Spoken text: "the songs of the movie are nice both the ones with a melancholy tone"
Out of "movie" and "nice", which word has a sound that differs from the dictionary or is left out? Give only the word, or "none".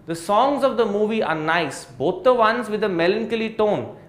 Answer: none